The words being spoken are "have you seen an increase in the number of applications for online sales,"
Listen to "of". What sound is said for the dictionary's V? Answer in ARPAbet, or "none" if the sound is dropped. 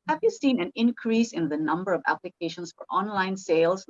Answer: V